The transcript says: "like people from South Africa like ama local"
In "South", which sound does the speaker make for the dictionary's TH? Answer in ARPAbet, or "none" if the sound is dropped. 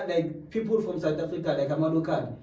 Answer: T